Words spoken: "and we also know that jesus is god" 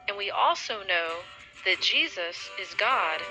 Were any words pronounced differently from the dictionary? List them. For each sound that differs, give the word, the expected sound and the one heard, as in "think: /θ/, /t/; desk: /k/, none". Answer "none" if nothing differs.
none